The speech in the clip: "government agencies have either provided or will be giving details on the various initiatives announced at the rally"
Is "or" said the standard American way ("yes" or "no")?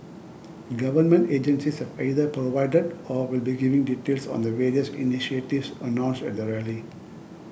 yes